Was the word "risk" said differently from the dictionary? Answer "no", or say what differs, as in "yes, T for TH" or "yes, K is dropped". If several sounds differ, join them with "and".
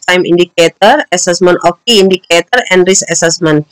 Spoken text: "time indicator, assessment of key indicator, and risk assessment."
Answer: yes, K is dropped